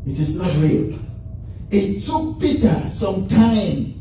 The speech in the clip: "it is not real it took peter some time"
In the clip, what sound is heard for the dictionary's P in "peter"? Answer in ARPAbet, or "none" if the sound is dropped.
B